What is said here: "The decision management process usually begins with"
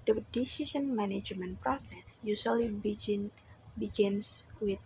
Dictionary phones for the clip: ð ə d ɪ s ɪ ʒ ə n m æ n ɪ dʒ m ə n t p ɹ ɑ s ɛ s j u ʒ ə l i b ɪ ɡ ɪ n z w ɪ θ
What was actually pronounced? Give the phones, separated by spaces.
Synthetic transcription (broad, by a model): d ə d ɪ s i ʃ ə n m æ n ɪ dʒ m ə n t p ɹ ɑ s ɛ s j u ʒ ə l i b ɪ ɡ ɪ n s w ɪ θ